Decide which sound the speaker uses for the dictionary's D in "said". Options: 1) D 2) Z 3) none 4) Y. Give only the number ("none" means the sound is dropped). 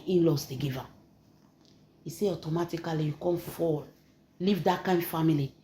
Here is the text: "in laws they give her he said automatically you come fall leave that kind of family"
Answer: 3